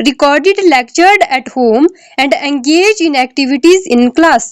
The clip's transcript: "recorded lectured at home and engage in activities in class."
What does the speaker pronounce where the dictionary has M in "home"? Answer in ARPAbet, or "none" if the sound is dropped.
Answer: M